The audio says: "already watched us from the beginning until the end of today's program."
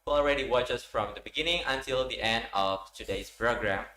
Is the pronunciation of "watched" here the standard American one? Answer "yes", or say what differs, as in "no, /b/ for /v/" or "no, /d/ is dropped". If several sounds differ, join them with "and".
no, /t/ is dropped